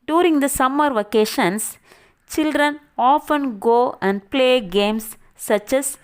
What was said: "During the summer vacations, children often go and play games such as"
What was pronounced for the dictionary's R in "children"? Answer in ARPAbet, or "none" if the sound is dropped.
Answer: R